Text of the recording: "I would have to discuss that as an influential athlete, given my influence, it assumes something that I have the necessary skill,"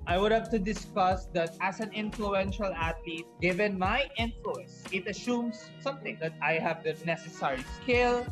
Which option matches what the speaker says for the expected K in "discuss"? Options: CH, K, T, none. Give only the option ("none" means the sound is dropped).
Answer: K